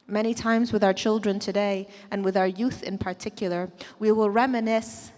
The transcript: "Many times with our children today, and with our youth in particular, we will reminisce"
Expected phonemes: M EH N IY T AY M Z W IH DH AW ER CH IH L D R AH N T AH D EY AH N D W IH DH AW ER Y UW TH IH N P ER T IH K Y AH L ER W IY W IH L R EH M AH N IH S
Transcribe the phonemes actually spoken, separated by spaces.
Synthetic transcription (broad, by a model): M EH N IY T AY M Z W IH DH AW ER CH IH L D R AH N T AH D EY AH N W IH DH AW ER Y UW TH IH N P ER T IH K Y L ER W IY W IH L R EH M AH N IH S